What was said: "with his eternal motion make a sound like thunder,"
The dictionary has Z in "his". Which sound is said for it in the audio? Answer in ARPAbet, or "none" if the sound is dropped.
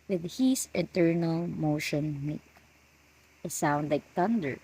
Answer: S